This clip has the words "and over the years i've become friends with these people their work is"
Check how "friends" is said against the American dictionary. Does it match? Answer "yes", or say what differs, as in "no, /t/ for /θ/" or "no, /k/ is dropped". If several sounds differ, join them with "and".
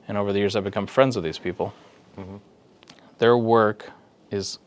yes